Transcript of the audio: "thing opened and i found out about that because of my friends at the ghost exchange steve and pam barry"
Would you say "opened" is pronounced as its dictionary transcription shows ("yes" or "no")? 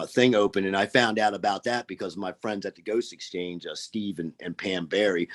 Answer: no